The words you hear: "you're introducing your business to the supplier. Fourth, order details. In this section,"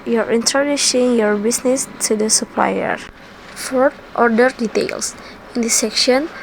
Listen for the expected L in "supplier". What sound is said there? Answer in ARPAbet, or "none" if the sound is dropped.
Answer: L